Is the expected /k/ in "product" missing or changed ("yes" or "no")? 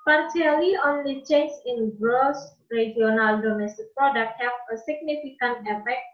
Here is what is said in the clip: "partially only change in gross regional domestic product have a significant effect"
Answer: yes